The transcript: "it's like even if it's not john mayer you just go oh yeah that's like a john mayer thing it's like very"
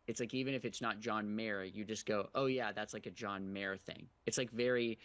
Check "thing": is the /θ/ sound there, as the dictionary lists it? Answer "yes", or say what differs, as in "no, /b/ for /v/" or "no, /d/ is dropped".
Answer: yes